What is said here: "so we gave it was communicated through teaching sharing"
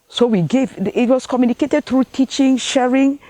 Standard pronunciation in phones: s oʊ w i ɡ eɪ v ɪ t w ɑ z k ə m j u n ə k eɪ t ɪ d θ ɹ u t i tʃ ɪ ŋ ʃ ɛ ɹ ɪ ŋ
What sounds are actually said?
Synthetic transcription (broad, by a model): s oʊ w i ɡ eɪ v ɪ t w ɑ s k ə m j u n ə k eɪ t ɪ d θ ɹ u t i tʃ ɪ ŋ ʃ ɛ ɹ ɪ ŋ